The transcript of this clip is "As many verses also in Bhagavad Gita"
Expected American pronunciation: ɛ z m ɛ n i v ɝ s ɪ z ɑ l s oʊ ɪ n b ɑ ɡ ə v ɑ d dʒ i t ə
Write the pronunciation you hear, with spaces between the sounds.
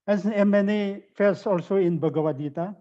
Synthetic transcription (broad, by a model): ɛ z m ɛ n i f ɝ s ɑ l s oʊ ɪ n b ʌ ɡ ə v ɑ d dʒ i t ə